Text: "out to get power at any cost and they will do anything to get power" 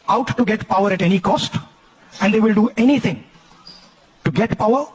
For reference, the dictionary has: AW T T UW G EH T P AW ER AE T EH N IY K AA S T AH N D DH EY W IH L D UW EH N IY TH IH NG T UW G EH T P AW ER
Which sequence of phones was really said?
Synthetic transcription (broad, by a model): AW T T UW G EH T P AW ER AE T EH N IY K AA S T AH N D EY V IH L D UW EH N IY T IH NG T UW G EH T P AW ER